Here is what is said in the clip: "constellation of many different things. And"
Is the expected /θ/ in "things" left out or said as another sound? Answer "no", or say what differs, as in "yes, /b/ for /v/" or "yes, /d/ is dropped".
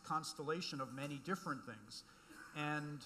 no